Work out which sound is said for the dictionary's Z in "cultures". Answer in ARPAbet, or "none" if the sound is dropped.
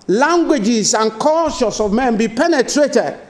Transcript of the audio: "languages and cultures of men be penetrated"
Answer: S